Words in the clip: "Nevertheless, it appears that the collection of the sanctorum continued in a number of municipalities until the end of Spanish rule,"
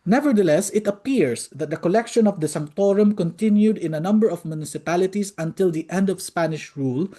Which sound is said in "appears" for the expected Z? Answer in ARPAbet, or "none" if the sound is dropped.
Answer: S